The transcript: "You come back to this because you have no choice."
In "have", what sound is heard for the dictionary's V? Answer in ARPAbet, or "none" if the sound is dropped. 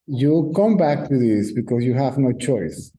V